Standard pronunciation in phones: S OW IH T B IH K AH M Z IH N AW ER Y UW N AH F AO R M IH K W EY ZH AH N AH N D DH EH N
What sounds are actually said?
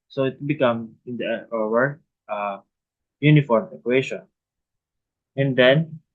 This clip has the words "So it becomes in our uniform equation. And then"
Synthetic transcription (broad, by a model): S OW IH T B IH K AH M IH N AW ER Y UW N AH F AO R M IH K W EY SH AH N AH N D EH N